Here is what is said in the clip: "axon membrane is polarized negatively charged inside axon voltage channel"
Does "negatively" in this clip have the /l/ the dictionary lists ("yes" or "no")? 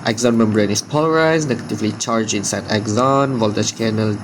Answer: yes